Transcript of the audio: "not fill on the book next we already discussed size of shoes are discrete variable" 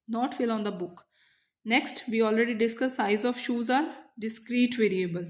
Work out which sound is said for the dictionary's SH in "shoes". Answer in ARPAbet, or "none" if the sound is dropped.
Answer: SH